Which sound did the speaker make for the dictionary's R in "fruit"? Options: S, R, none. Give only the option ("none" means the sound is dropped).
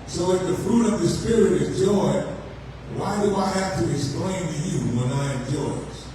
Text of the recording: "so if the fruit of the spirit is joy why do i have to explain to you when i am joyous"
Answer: R